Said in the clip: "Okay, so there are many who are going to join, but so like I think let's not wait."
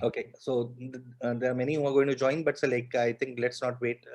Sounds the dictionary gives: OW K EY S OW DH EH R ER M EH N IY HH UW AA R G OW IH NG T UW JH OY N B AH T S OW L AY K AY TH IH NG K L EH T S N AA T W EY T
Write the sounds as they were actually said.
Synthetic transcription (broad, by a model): OW K EY S OW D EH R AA M EH N IY HH UW AA R G OW IH NG T UW JH OY N B AH T S OW L AY K AY T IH NG K L EH T S N AA T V EY T